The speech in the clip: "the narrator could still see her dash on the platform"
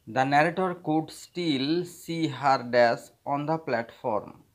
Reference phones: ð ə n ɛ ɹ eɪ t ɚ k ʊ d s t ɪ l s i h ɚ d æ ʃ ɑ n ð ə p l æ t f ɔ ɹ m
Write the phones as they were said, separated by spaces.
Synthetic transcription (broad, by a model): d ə n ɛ ɹ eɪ t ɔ k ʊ d s t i l s i h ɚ d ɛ s ɑ n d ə p l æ t f ɔ ɹ m